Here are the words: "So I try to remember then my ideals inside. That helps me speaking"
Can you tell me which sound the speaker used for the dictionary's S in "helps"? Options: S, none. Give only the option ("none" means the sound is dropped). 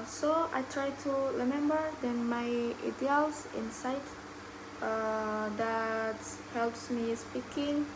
S